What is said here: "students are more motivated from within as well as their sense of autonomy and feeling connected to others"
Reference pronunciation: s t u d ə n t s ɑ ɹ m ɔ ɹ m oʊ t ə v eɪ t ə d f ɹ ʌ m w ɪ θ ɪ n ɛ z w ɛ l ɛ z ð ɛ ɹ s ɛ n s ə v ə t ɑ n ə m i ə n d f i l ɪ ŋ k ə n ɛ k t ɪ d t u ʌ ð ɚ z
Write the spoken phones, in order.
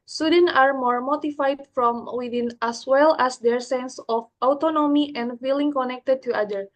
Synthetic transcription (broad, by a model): s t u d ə n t ɑ ɹ m ɔ ɹ m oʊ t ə f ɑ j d f ɹ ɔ m w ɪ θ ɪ n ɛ s w ɛ l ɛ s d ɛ ɹ s ɛ n s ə f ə t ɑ n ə m i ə n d f i l ɪ ŋ k ə n ɛ k t ɪ d t u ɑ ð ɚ